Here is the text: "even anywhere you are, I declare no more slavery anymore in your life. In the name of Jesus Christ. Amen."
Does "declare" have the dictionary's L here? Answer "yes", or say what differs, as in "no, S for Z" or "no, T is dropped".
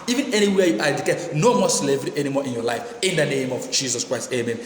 no, L is dropped